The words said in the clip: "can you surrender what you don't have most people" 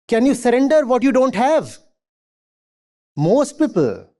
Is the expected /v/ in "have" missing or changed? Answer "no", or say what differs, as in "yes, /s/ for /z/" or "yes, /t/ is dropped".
no